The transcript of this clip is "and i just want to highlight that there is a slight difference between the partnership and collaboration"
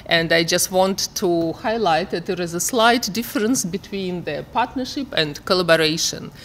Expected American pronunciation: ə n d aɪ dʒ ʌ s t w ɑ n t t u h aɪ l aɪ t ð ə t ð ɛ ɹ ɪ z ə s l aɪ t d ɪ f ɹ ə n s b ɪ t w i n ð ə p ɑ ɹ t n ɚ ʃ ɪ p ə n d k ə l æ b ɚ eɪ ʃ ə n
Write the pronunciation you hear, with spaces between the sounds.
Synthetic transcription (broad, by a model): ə n d aɪ dʒ ʌ s t w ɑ n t t u h aɪ l aɪ t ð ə t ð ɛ ɹ ɪ z ə s l aɪ t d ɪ f ɹ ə n s b ɪ t w i n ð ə p ɑ ɹ t n ɚ ʃ ɪ p ə n d k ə l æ b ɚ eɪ ʃ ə n